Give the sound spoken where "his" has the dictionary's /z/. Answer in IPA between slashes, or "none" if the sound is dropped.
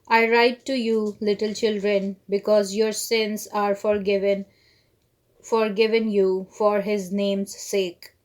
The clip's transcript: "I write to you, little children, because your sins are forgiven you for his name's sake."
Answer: /z/